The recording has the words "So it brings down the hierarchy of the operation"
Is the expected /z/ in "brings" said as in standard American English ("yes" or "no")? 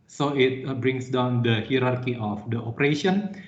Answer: no